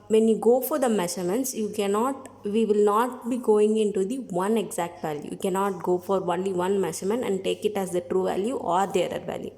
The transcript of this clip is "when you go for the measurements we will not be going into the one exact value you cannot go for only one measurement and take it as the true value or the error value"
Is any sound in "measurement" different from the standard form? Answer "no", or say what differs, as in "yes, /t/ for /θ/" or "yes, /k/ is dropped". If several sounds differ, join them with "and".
yes, /ʃ/ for /ʒ/